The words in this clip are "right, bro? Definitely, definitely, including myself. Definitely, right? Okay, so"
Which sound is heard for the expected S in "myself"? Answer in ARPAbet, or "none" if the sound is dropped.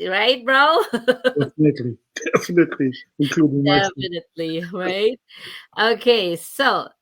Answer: none